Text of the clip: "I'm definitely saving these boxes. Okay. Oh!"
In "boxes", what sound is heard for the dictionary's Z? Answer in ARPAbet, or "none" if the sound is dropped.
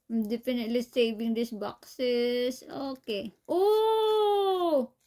S